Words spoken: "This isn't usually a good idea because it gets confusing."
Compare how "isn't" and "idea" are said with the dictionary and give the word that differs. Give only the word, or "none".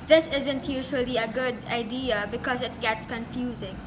none